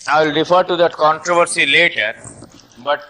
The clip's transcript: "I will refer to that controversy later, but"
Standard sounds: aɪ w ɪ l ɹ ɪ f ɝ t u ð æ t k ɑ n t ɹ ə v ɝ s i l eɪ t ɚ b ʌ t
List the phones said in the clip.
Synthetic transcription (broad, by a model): aɪ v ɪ l ɹ ɪ f ɝ t u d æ t k ɑ n t ɹ ə v ɝ s i l eɪ t ɚ b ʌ t